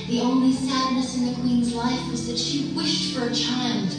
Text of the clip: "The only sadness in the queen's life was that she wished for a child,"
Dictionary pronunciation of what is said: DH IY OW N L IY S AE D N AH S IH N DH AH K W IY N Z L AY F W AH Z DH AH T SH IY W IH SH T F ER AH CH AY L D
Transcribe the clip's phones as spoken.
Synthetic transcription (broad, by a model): DH IY OW N L IY S AE D N AH S IH N DH AH K W IY N Z L AY F W AH Z DH AH T SH IY W IH SH T F ER AH CH AY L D